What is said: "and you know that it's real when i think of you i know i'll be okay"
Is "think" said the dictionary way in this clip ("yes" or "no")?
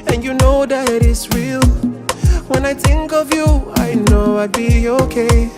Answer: yes